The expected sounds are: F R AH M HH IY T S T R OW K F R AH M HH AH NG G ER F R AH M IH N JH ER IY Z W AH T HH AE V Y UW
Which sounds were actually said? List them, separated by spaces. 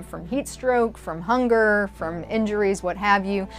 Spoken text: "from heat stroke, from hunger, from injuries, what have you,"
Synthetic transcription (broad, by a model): F R AH M HH IY T S T R OW K F R AH M HH AH NG G ER F R AH M IH N JH ER IY Z W AH T HH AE V Y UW